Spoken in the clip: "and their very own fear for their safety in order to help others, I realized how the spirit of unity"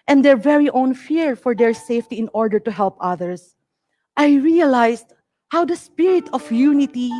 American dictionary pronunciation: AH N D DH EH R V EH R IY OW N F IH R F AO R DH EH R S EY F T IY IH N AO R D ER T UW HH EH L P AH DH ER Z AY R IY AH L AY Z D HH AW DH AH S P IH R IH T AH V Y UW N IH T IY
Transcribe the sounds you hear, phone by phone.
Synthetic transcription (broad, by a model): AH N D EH R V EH R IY OW N F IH R F AO R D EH R S EY F T IY IH N AO R D ER T UW HH EH L P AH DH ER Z AY R IY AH L AY S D HH AW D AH S P IH R IH T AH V Y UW N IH T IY